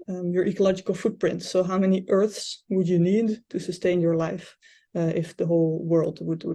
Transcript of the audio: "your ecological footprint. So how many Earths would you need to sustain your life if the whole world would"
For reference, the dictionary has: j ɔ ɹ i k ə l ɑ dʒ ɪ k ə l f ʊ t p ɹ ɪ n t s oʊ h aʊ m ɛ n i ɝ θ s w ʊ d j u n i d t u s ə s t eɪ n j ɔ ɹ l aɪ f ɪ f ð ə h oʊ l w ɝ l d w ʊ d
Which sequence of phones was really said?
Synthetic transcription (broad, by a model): j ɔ ɹ i k ə l ɑ dʒ ɪ k ə l f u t p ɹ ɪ n t s oʊ h aʊ m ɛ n i ɝ θ s w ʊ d j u n i d t u s ə s t eɪ n j ɔ ɹ l aɪ f ɪ f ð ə h oʊ l w ɝ l d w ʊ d